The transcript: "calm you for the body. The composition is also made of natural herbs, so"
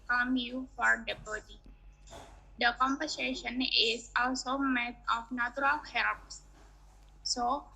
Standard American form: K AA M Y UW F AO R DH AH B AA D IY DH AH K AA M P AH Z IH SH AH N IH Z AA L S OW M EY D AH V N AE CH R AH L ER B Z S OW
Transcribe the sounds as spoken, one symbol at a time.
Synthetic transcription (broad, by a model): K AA M Y UW F AO R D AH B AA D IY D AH K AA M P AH S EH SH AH N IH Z AA L S OW M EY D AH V N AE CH R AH L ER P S S OW